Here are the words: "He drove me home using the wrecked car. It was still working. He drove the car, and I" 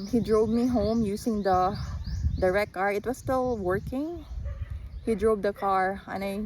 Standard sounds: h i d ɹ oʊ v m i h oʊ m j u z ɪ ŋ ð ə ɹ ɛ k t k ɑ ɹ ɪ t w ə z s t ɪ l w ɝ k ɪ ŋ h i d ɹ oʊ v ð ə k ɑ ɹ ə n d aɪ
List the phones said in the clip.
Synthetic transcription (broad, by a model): h i d ɹ oʊ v m i h oʊ m j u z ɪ ŋ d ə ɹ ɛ t k ɑ ɹ ɪ t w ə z s t ɪ l w ɝ k ɪ ŋ h i d ɹ oʊ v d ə k ɑ ɹ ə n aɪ